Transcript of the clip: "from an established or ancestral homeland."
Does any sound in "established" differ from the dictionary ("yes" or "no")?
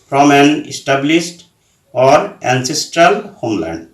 yes